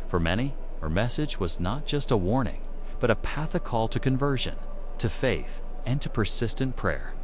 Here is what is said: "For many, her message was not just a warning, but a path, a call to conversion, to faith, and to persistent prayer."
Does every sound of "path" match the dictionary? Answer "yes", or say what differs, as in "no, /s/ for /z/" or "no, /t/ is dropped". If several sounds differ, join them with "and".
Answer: yes